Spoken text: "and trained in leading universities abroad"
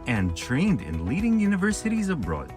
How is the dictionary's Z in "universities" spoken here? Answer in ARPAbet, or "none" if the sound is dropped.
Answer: Z